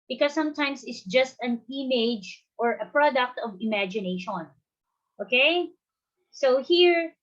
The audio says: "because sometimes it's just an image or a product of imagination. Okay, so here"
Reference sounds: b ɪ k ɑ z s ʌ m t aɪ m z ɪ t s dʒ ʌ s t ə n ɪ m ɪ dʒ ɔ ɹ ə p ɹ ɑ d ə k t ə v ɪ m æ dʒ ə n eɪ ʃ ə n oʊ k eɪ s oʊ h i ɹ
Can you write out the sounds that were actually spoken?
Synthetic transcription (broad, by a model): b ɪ k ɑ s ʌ m t aɪ m s ɪ t s dʒ ʌ s t ə n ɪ m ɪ dʒ ɔ ɹ ə p ɹ ɑ d ə k t ə v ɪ m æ dʒ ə n eɪ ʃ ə n oʊ k eɪ s oʊ h i ɹ